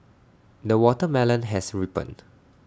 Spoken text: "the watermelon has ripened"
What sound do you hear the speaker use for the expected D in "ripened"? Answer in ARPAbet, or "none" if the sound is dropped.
none